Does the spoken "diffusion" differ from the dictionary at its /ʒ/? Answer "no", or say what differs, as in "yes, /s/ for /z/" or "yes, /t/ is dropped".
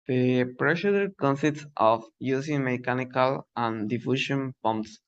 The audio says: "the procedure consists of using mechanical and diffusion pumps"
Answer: yes, /ʃ/ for /ʒ/